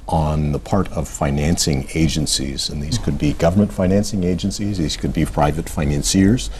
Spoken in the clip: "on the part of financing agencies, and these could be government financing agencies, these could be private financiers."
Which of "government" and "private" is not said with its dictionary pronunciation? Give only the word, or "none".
none